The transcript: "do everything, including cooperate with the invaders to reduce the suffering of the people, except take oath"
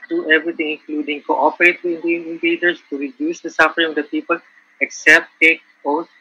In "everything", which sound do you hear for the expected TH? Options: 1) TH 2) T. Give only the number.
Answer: 2